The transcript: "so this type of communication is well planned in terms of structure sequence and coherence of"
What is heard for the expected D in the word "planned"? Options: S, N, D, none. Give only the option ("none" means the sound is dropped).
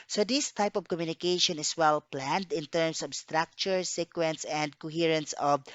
D